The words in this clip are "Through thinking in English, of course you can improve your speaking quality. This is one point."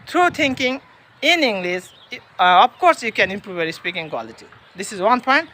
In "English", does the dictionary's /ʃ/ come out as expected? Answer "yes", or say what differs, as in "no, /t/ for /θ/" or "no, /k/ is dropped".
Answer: no, /s/ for /ʃ/